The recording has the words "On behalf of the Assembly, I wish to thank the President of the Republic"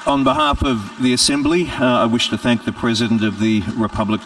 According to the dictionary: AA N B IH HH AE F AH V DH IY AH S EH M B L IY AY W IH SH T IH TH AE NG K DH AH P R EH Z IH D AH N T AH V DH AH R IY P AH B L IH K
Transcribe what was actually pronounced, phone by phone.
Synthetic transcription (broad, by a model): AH N B IH HH AE F AH V DH IY AH S EH M B L IY AY W IH SH T IH TH AE NG K DH AH P R EH Z IH D AH N T AH V DH AH R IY P AH B L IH K